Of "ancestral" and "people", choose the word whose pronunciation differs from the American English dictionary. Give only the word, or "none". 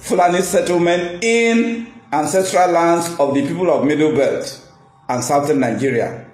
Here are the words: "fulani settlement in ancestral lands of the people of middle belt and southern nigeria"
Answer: none